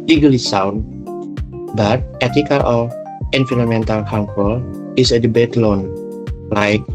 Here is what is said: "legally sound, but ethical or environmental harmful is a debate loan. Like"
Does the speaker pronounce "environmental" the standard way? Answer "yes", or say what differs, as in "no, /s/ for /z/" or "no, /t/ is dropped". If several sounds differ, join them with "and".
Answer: no, /f/ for /v/ and /n/ is dropped